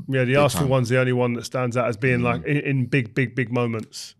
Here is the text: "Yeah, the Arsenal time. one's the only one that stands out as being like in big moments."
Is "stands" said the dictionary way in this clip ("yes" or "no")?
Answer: yes